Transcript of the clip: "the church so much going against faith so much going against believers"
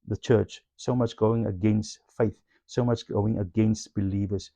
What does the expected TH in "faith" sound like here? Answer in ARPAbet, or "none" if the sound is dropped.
TH